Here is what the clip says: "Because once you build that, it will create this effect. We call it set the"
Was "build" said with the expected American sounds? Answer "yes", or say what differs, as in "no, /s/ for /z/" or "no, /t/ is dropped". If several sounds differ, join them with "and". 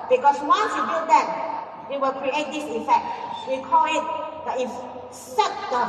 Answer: no, /l/ is dropped